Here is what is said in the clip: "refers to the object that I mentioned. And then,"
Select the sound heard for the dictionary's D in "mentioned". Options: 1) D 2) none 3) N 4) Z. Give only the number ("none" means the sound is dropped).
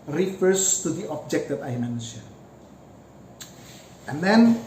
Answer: 2